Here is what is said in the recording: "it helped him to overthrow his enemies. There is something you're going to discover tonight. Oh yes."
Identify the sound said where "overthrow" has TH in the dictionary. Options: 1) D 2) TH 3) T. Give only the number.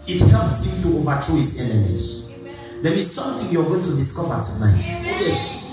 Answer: 3